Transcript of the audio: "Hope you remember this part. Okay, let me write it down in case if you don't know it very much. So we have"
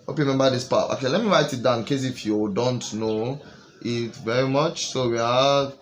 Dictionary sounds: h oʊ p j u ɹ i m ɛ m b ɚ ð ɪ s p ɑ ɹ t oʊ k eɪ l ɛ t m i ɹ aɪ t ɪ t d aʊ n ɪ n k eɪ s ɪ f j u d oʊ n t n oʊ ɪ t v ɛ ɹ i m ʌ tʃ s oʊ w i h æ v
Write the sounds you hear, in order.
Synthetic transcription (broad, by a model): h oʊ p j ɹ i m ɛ m b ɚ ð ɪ s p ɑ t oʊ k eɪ l ɛ t m i ɹ aɪ t ɪ t d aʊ ɪ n k eɪ s ɪ f j u d oʊ n t n oʊ ɪ t v ɛ ɹ i m ʌ tʃ s oʊ w i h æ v